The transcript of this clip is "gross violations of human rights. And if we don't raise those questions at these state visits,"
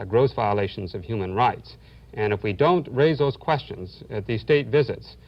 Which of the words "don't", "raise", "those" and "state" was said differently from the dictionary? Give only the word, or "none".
none